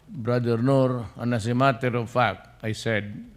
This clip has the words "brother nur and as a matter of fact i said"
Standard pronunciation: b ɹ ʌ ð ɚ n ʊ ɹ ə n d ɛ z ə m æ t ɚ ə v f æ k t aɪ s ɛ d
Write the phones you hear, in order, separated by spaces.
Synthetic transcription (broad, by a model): b ɹ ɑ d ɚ n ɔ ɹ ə n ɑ s ə m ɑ t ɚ ə v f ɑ k aɪ s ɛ d